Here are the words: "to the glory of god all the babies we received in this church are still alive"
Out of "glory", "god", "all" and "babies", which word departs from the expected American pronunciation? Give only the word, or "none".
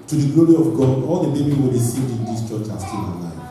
babies